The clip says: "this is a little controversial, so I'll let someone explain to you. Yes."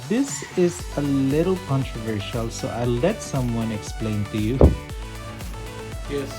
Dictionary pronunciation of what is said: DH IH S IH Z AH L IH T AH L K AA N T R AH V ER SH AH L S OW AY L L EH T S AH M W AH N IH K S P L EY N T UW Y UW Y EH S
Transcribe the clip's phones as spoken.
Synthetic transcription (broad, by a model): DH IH S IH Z AH L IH T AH L K AA N T R AH V ER SH AH L S OW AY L L EH T S AH M W AH N IH K S P L EY N T UW Y UW Y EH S